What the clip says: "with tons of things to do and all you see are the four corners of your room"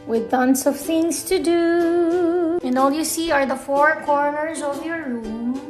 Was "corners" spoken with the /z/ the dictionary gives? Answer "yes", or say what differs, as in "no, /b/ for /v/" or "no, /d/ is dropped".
yes